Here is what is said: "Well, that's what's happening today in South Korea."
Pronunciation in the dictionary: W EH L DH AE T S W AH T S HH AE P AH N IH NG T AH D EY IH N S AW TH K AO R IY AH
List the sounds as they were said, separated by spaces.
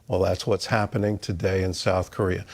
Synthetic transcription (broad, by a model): W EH L DH AE T S W AH T S HH AE P AH N IH NG T AH D EY IH N S AW TH K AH R IY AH